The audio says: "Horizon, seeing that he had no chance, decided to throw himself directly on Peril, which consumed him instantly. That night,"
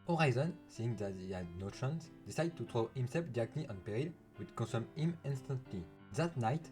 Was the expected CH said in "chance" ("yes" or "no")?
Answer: no